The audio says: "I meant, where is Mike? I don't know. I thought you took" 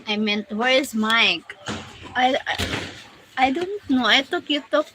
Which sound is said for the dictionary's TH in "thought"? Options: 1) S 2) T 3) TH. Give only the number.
2